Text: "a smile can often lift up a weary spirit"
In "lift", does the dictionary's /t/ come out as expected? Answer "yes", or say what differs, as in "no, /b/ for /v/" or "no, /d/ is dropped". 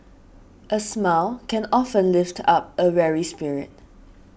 yes